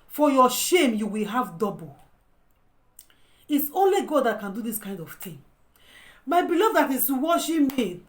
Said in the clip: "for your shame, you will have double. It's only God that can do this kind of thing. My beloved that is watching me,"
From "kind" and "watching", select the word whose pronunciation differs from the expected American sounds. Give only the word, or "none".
watching